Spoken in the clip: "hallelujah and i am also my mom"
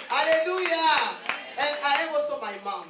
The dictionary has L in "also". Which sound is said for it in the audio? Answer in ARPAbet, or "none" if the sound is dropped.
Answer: none